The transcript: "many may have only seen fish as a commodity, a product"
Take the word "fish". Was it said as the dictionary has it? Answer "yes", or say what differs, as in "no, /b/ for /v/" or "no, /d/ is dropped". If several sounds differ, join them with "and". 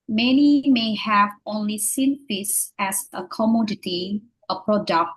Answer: no, /s/ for /ʃ/